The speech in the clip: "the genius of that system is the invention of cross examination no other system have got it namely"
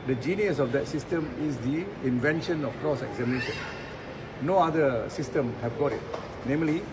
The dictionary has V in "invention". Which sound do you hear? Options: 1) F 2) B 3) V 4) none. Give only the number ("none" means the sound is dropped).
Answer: 3